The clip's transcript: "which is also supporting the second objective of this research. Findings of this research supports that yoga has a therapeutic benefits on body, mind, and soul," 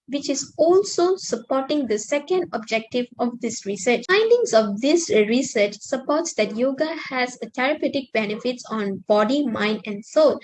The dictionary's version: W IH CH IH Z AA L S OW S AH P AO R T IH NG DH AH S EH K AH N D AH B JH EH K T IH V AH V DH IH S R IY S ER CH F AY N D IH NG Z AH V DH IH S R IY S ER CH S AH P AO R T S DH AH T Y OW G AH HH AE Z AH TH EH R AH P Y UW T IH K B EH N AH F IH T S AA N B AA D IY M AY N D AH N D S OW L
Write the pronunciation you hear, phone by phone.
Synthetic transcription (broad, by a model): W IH CH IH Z AA L S OW S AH P AO T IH NG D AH S EH K AH N D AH B JH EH K T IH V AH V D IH S R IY S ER CH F AY N D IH NG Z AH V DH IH S R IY S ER CH S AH P AO T S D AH T Y OW G AH HH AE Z AH T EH R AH P Y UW T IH K B EH N AH F IH T S AA N B AA D IY M AY N D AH N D S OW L